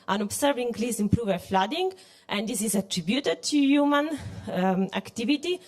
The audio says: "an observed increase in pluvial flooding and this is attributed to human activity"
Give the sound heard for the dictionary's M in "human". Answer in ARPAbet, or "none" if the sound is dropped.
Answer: M